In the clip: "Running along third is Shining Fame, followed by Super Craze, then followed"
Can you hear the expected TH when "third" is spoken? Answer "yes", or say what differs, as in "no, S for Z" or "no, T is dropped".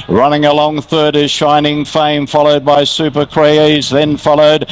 yes